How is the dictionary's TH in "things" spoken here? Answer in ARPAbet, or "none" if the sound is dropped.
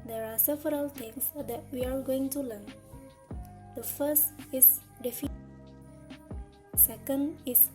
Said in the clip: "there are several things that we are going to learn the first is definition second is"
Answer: T